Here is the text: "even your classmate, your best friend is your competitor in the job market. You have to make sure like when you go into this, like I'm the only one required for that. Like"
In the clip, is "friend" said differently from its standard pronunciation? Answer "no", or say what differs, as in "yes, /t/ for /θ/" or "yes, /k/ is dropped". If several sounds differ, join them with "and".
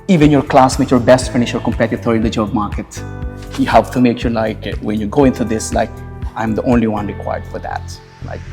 yes, /ɹ/ is dropped and /d/ is dropped